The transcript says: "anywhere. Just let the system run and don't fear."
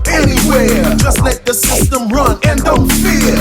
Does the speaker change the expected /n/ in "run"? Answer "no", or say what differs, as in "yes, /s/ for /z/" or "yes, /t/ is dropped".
no